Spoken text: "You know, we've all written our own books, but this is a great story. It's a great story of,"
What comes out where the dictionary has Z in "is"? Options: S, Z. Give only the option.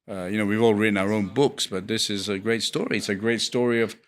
Z